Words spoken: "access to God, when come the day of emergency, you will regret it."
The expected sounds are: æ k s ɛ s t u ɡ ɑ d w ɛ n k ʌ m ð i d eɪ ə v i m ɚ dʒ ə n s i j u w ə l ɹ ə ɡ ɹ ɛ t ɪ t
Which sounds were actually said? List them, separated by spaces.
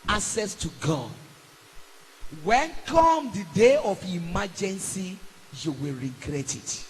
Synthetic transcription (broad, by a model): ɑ k s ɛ s t u ɡ ɑ d w ɛ n k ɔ m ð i d eɪ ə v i m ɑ dʒ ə n s i j u w ə l ɹ ə ɡ ɹ ɛ t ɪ t